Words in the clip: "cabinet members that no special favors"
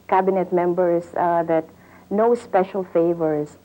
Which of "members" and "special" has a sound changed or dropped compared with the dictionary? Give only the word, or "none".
members